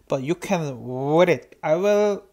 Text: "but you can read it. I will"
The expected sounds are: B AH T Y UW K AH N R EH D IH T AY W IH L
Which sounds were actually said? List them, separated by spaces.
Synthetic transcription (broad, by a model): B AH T Y UW K AH N W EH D IH T AY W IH L